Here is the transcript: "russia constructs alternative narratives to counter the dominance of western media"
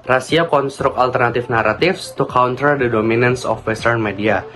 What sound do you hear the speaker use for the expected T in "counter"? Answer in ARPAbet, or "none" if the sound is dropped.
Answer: T